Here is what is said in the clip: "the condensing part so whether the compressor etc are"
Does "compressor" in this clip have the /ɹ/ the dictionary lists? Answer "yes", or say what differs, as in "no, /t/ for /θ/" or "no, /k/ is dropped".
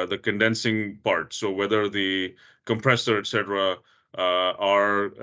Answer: yes